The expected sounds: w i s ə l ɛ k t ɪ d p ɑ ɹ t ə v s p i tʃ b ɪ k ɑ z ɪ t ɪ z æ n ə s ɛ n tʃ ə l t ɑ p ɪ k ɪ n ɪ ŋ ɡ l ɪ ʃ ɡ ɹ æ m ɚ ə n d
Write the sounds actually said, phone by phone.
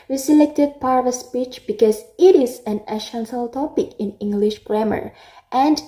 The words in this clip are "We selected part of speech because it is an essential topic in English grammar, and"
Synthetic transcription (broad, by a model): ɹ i s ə l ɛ k t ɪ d p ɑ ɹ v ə s p i tʃ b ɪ k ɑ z ɪ t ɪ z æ n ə ʃ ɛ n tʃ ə l t ɑ p ɪ k ɪ n ɪ ŋ ɡ l ɪ ʃ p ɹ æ m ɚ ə n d